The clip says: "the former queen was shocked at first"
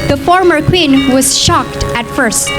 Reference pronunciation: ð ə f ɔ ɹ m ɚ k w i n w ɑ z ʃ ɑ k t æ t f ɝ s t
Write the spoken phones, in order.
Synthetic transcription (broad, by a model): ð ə f ɔ ɹ m ɚ k w i n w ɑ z ʃ ɑ k t æ t f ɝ s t